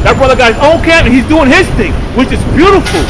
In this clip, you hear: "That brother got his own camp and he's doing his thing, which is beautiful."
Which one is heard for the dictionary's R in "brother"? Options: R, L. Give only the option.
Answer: R